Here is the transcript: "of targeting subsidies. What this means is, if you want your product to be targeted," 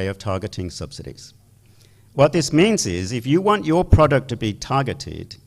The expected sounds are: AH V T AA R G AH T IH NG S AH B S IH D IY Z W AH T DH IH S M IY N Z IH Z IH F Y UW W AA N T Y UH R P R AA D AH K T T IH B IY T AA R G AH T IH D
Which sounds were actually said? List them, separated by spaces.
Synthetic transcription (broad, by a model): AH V T AA R G AH T IH NG S AH B S IH D IY Z W AH T DH IH S M IY N Z IH Z IH F Y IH W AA N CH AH R P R AA D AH K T T IH B IY T AA R G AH T IH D